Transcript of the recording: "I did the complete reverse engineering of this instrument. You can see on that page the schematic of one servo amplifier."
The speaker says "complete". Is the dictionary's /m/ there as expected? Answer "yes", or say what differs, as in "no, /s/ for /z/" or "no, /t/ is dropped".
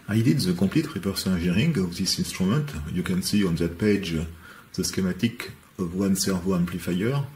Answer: no, /m/ is dropped